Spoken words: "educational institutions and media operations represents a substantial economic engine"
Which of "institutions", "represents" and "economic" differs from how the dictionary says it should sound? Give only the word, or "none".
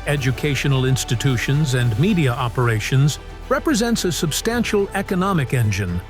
none